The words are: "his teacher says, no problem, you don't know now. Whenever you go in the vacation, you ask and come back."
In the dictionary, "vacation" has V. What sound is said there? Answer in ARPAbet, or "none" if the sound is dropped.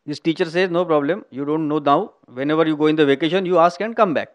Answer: V